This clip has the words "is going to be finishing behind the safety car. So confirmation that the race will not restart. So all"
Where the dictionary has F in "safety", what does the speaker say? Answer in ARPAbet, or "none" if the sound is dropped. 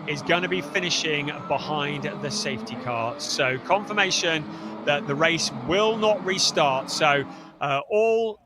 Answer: F